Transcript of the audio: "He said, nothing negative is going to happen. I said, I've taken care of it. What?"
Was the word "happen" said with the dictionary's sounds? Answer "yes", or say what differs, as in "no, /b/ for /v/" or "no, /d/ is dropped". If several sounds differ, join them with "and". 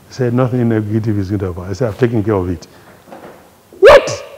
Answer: no, /p/ is dropped